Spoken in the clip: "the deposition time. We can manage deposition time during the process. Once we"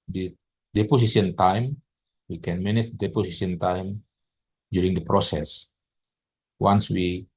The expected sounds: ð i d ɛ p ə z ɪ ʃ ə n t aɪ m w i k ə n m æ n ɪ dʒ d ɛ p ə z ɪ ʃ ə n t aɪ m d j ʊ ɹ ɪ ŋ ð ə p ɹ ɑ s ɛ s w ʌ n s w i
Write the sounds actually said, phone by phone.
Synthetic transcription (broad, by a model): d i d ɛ p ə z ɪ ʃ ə n t aɪ m w i k ə n m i n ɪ tʃ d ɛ p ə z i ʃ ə n t aɪ m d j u ɹ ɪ ŋ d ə p ɹ ɑ s ɛ s w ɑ n s w i